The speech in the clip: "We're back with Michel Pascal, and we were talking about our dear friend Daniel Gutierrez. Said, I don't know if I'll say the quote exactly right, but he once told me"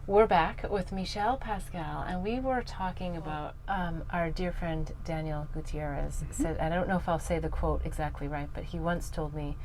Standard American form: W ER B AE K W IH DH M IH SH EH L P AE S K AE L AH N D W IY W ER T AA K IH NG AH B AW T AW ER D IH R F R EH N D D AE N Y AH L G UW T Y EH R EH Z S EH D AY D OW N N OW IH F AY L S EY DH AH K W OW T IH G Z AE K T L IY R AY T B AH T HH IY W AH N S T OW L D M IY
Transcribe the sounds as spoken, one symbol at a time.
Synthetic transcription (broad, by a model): W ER B AE K W IH DH M IH SH EH L P AE S K AE L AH N W IY W ER T AA K IH NG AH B AW T AW ER D IH R F R EH N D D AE N Y L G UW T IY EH R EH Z S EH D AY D OW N N OW IH F AY L S EY DH AH K W OW T IH G Z AE K T L IY R AY T B AH T HH IY W AH N S T OW L D M IY